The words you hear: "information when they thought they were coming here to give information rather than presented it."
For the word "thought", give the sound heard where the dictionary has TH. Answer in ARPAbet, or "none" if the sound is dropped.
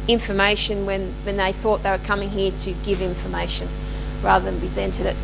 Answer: TH